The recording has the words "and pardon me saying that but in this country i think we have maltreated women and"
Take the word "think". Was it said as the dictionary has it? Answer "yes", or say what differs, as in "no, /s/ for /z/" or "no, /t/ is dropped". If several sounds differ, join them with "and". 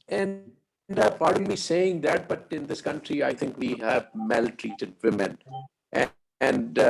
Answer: no, /t/ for /θ/